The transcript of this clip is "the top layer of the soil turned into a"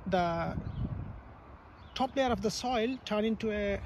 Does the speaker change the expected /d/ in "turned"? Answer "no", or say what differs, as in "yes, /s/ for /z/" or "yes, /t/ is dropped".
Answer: yes, /d/ is dropped